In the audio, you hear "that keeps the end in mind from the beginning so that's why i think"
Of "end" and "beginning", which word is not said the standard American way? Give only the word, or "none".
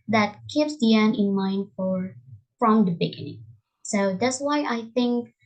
end